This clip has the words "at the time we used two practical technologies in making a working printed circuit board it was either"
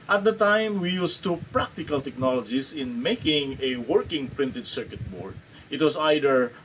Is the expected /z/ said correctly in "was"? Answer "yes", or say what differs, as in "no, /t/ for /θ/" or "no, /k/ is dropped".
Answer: no, /s/ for /z/